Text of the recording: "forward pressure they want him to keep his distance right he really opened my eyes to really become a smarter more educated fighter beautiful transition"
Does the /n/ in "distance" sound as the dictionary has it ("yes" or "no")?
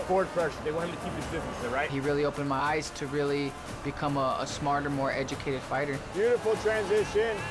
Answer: no